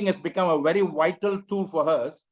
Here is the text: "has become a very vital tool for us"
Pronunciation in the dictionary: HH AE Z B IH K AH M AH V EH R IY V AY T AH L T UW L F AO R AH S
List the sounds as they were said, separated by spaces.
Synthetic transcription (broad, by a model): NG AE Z B IH K AH M AH V EH R IY V AY T AH L T UW L F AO R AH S